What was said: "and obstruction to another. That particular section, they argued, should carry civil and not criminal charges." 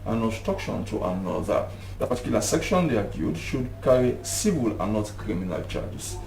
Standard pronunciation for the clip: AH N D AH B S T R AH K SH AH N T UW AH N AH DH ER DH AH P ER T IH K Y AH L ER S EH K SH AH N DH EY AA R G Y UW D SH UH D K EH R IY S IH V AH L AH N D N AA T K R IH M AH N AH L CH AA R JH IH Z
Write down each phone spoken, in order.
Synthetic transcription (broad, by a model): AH N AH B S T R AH K SH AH N T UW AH N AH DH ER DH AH P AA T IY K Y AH L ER S EH K SH AH N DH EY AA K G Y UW D SH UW D K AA R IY S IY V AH L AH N N AA T K R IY M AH N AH L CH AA JH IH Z